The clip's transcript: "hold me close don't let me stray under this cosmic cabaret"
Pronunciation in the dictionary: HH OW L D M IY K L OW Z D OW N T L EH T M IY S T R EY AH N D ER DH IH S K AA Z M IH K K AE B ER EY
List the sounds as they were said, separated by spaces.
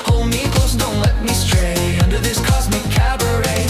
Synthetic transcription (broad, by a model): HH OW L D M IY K OW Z D OW N T L EH T M IY S T R EY AH N D ER DH IH S K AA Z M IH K K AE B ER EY